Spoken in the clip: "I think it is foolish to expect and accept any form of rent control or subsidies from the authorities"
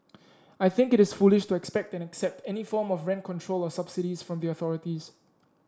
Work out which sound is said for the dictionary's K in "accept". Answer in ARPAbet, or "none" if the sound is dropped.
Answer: K